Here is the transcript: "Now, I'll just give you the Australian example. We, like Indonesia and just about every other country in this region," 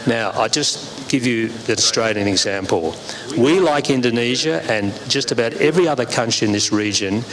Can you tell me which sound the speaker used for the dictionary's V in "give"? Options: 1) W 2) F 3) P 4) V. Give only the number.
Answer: 4